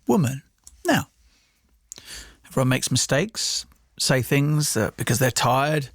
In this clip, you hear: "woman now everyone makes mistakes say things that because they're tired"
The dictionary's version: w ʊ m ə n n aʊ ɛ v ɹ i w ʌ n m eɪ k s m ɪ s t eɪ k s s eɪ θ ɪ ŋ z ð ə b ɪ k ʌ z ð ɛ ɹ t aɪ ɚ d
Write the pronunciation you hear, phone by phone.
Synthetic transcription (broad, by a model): w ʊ m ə n n aʊ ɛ v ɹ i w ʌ n m eɪ k s m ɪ s t eɪ k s s eɪ θ ɪ ŋ z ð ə b ɪ k ʌ z ð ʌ ɹ t aɪ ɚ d